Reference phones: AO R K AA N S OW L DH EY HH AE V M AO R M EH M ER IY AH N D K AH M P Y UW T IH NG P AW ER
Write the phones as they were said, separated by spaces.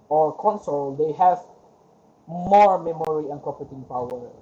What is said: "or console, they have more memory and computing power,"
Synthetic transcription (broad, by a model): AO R K AA N S OW L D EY HH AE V M AO R M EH M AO IY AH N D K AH P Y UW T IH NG P AW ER